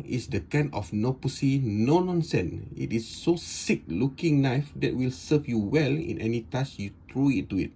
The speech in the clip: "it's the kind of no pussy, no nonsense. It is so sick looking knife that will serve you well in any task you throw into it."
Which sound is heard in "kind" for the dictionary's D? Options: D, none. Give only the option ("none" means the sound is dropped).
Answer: none